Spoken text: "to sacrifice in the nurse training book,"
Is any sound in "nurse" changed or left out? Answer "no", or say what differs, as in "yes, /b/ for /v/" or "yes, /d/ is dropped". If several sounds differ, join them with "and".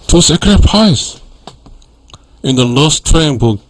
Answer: yes, /l/ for /n/